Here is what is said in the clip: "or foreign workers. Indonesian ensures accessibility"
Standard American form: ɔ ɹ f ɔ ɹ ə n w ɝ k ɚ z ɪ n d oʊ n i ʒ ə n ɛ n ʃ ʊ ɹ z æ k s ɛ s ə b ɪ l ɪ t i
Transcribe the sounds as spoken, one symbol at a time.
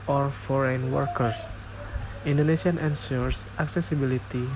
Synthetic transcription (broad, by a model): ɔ ɹ f ɔ ɹ ə n w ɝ k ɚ s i n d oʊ n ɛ s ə n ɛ n s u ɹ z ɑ k s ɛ s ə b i l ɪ t i